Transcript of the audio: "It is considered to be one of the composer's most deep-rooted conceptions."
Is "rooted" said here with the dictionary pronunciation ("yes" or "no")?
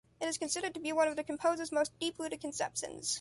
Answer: no